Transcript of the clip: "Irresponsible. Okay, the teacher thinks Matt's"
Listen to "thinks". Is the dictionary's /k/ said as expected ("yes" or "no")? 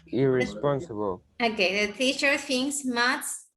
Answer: no